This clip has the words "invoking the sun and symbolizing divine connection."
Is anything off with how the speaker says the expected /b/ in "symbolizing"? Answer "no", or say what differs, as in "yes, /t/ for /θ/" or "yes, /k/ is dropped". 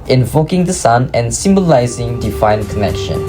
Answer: no